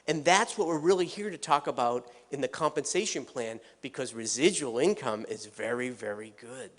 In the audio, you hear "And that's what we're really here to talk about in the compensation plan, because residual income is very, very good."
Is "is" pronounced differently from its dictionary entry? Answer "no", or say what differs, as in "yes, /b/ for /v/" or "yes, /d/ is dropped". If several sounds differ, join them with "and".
no